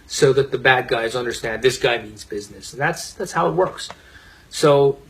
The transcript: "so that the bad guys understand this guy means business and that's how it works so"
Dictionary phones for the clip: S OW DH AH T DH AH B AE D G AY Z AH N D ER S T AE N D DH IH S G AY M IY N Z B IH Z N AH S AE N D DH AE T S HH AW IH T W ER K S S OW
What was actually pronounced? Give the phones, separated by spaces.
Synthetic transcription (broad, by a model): S OW DH AH T DH AH B AE D G AY Z AH N D ER S T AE N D DH IH S G AY M IY N Z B IH Z N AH S AE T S DH AE T S HH AW IH T W ER K S S OW